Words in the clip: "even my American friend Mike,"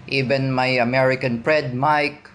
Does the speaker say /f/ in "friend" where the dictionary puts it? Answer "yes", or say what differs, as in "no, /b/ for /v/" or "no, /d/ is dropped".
no, /p/ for /f/